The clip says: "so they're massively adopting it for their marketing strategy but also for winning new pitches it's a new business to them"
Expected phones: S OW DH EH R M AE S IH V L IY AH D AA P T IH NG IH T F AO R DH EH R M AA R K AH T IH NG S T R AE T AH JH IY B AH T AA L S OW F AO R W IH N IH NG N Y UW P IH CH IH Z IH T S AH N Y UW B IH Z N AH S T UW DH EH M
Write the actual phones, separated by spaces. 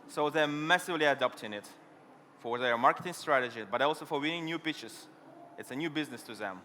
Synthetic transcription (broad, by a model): S OW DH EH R M AE S IH V L IY AH D AA P T IH NG IH T F AO R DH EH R M AA R K AH T IH NG S T R AE T AH JH IY B AH T AA L S OW F AO R W IH N IH NG N Y UW P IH CH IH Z IH T S AH N Y UW B IH Z N AH S T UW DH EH M